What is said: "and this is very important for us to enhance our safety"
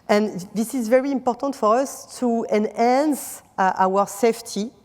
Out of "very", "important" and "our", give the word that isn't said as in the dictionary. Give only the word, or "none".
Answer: none